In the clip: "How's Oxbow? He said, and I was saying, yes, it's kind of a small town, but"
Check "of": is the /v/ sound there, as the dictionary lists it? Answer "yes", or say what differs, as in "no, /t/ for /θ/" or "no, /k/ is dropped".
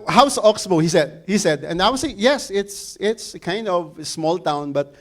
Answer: yes